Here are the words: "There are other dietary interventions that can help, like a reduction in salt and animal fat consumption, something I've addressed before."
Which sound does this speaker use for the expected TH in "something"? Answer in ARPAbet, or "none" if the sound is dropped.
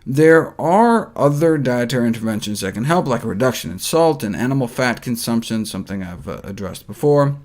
TH